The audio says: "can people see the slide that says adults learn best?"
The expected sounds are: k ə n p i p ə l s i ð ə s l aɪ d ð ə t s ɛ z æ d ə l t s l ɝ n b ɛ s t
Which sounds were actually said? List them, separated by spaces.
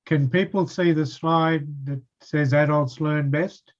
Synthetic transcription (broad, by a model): k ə n p i p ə l s i ð ə s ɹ aɪ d ð ə t s ɛ z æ d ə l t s l ɝ n b ɛ s t